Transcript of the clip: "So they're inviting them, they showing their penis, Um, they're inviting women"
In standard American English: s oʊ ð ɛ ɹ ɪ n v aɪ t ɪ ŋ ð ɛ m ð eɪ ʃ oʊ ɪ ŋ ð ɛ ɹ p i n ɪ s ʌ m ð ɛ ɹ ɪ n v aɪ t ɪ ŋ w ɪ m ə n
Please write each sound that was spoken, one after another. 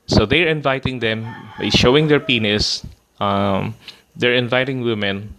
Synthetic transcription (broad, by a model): s oʊ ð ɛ ɹ ɪ n v aɪ t ɪ ŋ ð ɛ m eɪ ʃ oʊ ɪ ŋ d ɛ ɹ p i n ɪ s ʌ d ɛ ɹ ɪ n v aɪ t ɪ ŋ w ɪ m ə n